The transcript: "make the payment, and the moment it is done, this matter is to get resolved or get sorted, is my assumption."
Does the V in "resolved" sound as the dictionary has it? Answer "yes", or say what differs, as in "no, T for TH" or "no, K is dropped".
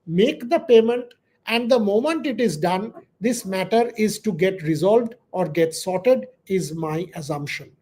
yes